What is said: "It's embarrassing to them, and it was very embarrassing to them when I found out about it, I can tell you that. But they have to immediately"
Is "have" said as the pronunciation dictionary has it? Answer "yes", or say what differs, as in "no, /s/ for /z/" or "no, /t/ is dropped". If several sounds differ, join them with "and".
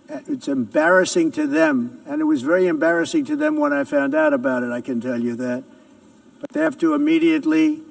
no, /f/ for /v/